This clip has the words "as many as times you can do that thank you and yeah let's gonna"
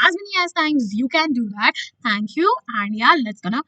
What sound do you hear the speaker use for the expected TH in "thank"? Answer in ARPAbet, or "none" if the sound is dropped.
T